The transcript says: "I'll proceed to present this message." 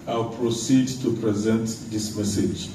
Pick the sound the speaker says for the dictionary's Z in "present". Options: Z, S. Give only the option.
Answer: Z